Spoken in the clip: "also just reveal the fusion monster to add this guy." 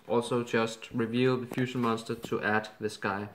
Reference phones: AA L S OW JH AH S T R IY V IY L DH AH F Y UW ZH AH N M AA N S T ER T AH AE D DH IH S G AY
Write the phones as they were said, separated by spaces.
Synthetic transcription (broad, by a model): AA L S OW JH AH S T R IY V IY L DH AH F Y UW SH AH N M AA N S T ER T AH AE D DH IH S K AY